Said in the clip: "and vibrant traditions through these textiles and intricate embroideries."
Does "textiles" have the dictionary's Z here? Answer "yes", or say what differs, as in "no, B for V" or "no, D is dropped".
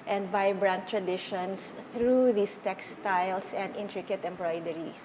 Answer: no, S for Z